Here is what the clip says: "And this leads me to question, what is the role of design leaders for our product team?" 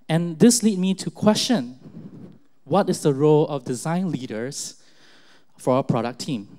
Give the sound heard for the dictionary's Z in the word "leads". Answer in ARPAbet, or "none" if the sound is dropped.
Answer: none